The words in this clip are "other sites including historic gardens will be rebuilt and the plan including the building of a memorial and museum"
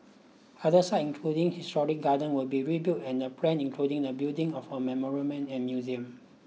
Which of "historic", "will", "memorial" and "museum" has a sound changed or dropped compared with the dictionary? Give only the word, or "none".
memorial